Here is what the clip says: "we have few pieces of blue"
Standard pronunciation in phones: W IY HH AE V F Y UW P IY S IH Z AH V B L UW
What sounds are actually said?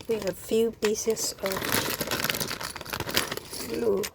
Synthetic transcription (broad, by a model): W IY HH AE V F Y UW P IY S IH S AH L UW